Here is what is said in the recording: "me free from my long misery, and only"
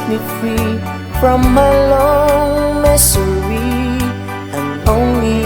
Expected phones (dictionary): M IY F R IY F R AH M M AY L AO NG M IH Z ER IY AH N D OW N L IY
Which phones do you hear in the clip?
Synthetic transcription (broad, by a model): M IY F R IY F R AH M M AY L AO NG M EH S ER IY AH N OW N L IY